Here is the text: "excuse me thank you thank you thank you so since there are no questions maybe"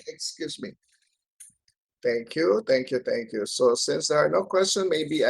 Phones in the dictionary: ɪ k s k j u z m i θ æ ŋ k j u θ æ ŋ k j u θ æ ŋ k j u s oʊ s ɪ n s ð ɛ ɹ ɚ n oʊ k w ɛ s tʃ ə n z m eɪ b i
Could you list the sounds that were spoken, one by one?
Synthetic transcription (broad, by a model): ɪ k s k j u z m i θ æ ŋ k j u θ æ ŋ k j u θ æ ŋ k j u s oʊ s ɪ n s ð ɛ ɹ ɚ n oʊ k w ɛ s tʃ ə n m eɪ b i